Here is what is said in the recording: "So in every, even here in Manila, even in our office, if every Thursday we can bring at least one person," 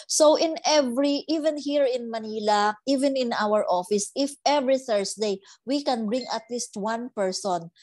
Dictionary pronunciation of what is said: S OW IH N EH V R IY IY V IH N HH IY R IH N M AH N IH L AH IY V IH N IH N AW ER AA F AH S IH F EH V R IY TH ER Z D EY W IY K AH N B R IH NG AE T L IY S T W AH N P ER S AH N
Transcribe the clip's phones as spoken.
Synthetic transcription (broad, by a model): S OW IH N EH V R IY IY V IH N HH IY R IH N M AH N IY L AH IY V IH N IH N AW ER AA F AH S IH F EH V R IY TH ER S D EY W IY K AH N B R IH NG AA T L IY S T W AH N P ER S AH N